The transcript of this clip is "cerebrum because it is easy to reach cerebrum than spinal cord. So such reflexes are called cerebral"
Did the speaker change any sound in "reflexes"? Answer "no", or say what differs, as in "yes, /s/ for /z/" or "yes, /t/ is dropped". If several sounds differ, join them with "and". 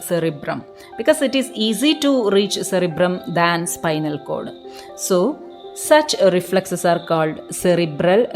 yes, /s/ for /z/